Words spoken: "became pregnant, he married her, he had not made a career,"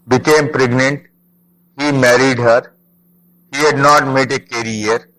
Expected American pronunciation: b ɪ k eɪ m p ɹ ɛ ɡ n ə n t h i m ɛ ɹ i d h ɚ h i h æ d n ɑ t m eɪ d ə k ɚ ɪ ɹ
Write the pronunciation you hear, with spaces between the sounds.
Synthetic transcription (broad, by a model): b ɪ k eɪ m p ɹ ɛ ɡ n ə n t h i m ɛ ɹ i d h ɚ h i h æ d n ɑ t m eɪ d ə k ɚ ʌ ɹ